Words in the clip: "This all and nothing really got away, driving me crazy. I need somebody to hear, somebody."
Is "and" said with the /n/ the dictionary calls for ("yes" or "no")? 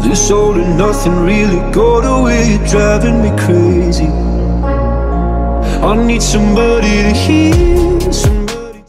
no